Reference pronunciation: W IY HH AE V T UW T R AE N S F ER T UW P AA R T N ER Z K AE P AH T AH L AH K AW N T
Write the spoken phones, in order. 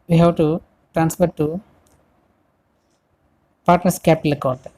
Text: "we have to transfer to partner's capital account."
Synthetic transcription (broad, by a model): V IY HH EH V T UW T R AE N S P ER T UW P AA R T N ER S K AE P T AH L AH K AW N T